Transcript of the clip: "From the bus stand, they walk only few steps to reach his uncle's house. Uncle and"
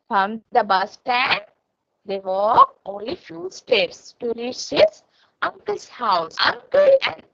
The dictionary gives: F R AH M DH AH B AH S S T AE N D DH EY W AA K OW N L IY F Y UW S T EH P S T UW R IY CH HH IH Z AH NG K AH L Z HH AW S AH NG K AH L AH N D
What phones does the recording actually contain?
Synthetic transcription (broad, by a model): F R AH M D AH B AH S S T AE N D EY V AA OW N L IY F Y UW S T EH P S T UW R IY CH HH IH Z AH NG K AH L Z HH AW S AH NG K AH L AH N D